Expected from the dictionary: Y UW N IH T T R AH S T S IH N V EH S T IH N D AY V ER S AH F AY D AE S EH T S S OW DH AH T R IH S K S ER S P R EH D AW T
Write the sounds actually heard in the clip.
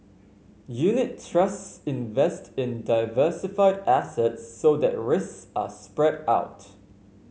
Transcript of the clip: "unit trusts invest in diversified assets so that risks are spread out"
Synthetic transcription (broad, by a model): Y UW N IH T T R AH S T S IH N V EH S T IH N D AY V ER S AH F AY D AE S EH T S S OW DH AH T R IH S K S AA S P R EH D AW T